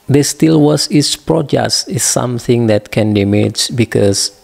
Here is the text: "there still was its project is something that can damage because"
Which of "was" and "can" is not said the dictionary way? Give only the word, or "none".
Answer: was